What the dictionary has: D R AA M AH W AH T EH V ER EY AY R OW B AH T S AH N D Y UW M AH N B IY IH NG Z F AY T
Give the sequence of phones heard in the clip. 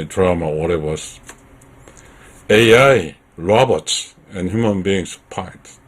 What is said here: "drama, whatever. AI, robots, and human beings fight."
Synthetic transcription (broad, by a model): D R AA M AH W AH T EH W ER EY AY R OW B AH T S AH N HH Y UW M AH N B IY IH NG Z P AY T